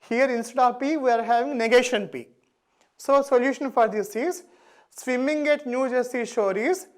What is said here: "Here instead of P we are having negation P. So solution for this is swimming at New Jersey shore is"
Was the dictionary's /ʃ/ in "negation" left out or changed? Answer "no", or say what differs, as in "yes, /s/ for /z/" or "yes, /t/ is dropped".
no